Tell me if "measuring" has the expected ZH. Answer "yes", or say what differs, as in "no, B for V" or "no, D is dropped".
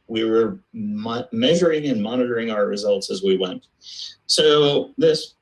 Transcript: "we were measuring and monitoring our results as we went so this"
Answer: yes